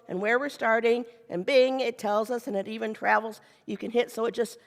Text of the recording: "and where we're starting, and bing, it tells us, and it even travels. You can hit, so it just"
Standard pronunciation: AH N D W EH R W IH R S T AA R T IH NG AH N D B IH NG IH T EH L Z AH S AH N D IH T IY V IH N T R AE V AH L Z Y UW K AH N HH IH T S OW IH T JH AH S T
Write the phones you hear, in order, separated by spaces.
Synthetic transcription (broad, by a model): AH N W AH R W IH R S T AA R T IH NG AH N B IH NG IH T EH L Z AH S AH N IH T IY V IH N T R AE V L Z Y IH K AH N HH IH T S OW IH T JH AH S T